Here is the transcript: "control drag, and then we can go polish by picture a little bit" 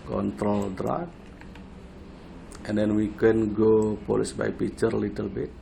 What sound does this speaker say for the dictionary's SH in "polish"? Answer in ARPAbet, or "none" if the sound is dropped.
S